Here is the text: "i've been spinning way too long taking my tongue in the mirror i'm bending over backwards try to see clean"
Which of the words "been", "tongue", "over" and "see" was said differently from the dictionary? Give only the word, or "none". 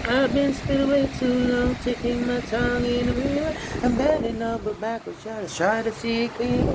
over